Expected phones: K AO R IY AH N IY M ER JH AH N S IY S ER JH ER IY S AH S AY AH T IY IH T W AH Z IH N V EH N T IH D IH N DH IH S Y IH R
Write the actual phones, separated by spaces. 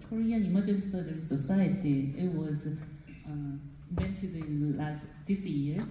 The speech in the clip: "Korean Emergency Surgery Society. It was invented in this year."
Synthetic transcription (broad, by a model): K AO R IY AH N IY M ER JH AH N IY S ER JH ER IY S AH S AY AH T IY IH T W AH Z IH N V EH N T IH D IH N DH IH S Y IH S